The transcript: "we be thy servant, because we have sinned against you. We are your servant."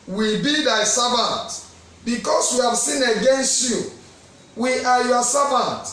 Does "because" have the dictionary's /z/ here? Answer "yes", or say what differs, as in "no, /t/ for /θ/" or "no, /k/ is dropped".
no, /s/ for /z/